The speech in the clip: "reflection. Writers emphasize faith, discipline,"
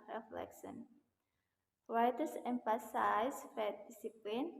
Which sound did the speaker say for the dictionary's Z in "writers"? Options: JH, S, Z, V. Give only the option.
S